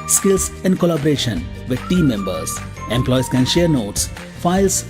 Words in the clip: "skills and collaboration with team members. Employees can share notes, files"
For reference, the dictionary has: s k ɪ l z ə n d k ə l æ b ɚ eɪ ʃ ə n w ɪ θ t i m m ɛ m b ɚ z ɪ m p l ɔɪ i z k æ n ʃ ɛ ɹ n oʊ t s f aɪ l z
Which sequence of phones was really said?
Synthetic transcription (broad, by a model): s k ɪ l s ə n d k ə l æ b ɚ eɪ ʃ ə n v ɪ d t i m m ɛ m b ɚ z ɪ m p l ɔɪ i s k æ n ʃ ɛ ɹ n oʊ t s f aɪ l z